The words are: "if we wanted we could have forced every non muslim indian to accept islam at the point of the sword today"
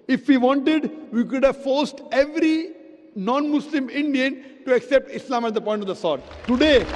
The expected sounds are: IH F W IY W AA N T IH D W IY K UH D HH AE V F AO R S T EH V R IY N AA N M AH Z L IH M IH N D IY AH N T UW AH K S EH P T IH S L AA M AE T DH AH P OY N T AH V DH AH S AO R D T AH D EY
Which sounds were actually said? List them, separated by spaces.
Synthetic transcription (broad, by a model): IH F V IY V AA N T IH D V IY K UH D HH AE V F AO R S T EH V R IY N AA N M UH S L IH M IH N D IY AH N T UW AH K S EH P T IH S L AA M AE T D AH P OY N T AH V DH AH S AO R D T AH D EY